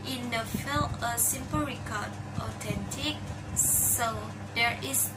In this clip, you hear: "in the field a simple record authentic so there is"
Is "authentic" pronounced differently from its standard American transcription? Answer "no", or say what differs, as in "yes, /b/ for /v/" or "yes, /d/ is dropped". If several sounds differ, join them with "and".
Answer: yes, /t/ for /θ/